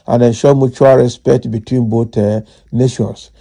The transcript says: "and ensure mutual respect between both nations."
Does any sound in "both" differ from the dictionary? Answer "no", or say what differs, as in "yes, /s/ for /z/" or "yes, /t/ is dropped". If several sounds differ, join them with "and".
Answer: yes, /t/ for /θ/